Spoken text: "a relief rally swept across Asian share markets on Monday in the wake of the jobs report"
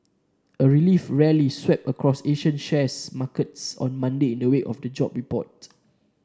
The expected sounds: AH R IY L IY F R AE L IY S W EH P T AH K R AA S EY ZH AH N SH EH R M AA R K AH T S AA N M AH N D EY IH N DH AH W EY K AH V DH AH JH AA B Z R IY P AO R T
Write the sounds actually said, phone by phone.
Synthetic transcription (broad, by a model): AH R IY L IY F R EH L IY S W EH P AH K R AA S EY SH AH N SH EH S M AA K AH T S AA N M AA N D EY IH N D AH W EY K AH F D AH JH AA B R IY P AO T